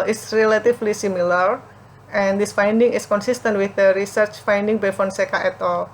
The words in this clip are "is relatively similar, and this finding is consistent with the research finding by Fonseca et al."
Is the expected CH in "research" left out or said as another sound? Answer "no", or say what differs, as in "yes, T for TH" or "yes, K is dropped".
no